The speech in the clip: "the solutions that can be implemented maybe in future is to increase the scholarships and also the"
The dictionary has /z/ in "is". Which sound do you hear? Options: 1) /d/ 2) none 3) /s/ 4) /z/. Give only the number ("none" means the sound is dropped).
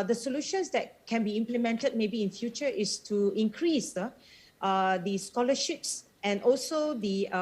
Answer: 3